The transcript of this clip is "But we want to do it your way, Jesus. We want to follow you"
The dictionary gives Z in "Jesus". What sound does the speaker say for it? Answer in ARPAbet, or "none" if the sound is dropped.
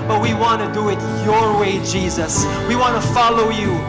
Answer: Z